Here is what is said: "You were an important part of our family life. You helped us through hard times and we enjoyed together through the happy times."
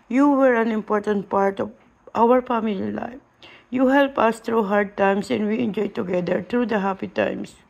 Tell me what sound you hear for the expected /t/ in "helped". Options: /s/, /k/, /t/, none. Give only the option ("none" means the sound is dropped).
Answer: none